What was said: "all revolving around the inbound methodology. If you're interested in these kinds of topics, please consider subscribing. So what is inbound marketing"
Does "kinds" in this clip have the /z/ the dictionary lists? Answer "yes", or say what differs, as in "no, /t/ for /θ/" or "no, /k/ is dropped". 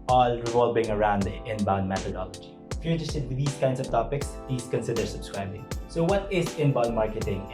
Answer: no, /s/ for /z/